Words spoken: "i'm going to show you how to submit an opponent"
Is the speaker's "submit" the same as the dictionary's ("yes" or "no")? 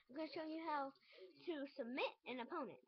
yes